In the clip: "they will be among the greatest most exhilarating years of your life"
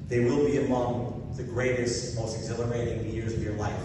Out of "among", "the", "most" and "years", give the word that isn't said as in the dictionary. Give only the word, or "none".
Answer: none